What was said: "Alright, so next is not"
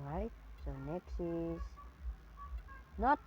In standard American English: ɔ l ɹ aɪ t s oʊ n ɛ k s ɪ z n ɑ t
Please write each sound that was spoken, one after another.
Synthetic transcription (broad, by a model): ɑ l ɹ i s oʊ n ɛ k s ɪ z n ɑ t